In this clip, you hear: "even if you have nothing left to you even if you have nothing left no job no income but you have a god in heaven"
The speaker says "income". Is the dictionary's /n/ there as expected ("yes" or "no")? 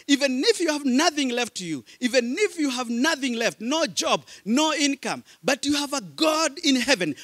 yes